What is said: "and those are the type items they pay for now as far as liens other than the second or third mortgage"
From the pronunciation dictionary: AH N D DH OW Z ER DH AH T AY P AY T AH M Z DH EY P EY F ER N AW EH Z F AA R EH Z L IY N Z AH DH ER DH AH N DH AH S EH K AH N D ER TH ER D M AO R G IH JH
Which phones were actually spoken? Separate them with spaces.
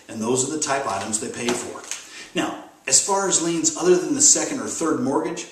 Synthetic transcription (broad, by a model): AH N DH OW Z ER DH AH T AY P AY T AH M Z DH EY P EY F ER N AW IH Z F AA R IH Z L IY N Z AH DH ER DH AH N DH AH S EH K AH N D ER TH ER D M AO R G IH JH